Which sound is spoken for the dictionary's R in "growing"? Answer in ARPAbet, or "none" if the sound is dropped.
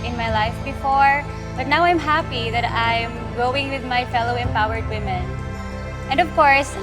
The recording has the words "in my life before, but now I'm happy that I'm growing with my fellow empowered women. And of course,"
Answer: none